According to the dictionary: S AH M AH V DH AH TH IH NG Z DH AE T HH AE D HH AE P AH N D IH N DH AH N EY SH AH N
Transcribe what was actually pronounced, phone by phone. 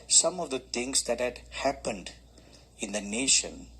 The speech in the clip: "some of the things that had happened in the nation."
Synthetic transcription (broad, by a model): S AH M AH V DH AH T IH NG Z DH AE T HH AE D HH AE P AH N D IH N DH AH N EY SH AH N